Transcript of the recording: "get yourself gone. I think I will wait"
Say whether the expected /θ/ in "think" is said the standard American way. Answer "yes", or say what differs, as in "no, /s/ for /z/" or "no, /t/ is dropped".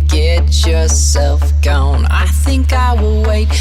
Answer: yes